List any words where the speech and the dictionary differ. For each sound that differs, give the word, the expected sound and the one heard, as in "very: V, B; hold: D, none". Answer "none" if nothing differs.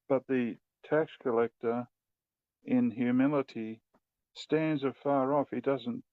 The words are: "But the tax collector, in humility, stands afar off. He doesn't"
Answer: none